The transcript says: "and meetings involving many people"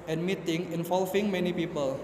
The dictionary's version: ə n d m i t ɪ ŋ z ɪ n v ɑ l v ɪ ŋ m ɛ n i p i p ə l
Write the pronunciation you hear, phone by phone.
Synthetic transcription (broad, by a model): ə n m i t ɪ ŋ ɪ n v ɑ l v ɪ ŋ m ɛ n i p i p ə l